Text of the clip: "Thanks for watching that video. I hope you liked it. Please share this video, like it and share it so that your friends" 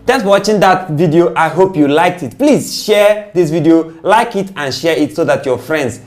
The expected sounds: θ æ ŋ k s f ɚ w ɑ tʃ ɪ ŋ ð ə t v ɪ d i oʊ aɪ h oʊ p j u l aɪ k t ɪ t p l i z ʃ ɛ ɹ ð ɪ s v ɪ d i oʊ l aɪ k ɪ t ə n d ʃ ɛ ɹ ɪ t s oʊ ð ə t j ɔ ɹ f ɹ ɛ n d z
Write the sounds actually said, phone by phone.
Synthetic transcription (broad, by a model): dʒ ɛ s w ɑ tʃ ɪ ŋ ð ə t v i d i oʊ aɪ h oʊ p j u l aɪ k t ɪ t p l i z ʃ ɛ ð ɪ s v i d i oʊ l aɪ k ɪ t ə n ʃ ɛ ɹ ɪ t s oʊ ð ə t j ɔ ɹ f ɹ ɛ n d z